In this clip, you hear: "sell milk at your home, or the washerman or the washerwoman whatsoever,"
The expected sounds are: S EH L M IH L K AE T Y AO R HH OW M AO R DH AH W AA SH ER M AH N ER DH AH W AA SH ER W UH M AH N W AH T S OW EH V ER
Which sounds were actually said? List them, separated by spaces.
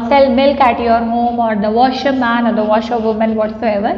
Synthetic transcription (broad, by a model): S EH L M IH L K AE T Y AO R HH OW M AO R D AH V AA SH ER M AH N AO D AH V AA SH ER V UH M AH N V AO T S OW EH V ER